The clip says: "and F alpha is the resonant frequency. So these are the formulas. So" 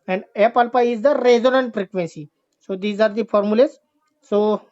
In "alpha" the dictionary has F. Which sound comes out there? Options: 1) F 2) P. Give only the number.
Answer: 2